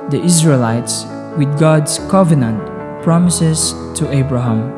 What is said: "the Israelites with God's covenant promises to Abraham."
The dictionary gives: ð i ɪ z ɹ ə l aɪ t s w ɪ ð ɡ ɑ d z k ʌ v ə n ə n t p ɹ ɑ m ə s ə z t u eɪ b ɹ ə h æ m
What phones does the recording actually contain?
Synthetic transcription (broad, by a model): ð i ɪ z ɹ ə l aɪ t s w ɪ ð ɡ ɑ d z k ʌ v ə n ə n t p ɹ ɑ m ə s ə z t u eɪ b ɹ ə h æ m